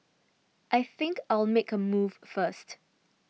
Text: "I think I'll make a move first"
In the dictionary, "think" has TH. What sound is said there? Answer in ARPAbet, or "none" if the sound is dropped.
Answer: TH